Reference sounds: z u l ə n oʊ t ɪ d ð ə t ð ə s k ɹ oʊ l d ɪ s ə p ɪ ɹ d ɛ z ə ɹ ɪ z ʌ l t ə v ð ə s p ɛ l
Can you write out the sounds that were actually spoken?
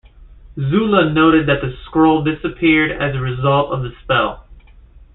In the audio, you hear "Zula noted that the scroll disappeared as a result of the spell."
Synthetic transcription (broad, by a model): z u l ə n oʊ t ɪ d ð ə t ð ə s k ɹ oʊ l d ɪ s ə p ɪ ɹ d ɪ z ə ɹ ɪ z ʌ l t ə v ð ə s p ɛ l